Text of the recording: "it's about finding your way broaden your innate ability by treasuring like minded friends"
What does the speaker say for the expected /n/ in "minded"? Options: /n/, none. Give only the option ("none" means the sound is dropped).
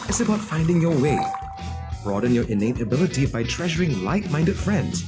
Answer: /n/